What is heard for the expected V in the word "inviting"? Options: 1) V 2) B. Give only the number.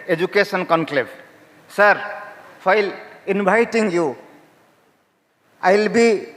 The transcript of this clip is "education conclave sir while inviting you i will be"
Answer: 2